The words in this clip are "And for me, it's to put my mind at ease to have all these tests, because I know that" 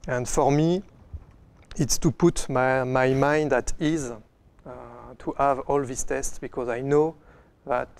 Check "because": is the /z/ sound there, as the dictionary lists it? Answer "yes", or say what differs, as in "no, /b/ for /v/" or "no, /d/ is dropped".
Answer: yes